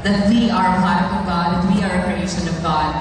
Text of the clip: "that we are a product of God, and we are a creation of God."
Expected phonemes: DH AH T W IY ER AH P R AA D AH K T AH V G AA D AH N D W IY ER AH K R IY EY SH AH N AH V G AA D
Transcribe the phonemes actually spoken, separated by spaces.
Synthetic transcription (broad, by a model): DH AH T W IY ER AH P L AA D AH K AH V G AA D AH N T W IY ER AH K R IY EY SH AH N AH V G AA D